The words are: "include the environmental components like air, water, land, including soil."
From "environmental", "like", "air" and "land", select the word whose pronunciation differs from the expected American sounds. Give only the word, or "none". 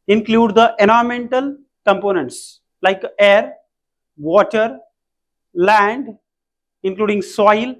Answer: environmental